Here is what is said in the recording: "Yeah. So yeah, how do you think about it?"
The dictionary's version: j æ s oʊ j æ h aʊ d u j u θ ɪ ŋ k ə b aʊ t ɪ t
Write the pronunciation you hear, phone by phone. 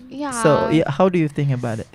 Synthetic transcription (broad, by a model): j s oʊ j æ h aʊ d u j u θ ɪ ŋ k ə b aʊ t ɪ t